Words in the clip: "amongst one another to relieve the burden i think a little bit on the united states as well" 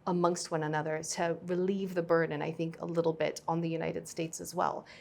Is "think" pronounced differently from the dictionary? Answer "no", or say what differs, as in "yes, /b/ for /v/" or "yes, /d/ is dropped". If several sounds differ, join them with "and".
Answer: no